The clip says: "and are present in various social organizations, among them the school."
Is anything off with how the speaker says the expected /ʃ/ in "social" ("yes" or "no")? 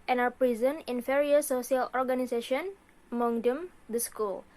yes